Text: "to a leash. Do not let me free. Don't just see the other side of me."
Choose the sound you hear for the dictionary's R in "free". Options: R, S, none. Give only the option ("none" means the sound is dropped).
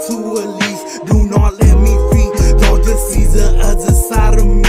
none